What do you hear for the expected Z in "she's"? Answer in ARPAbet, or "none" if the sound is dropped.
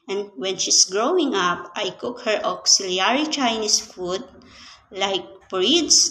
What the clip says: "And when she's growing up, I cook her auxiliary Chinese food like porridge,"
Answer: S